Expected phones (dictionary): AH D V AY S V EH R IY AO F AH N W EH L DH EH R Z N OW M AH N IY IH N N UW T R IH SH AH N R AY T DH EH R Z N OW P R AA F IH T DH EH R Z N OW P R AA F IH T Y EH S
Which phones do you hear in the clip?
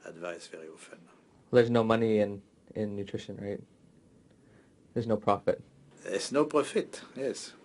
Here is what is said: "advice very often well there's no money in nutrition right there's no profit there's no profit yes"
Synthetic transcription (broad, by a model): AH D V AY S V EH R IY AO F AH N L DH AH R Z N OW M AH N IY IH N N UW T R IH SH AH N R AY T DH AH R Z N OW P R AA F IH T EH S N OW P R AA F IH T Y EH S